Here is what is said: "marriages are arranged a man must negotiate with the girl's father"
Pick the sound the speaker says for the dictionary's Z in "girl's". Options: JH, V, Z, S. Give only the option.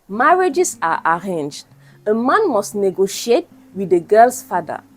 S